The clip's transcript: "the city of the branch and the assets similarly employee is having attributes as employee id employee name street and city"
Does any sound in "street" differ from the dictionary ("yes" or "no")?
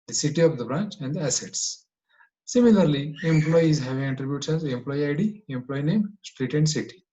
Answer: no